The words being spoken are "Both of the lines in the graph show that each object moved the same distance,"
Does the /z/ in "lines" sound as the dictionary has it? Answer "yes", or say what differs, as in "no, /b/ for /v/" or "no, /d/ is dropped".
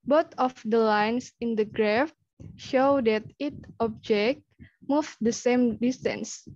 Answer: no, /s/ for /z/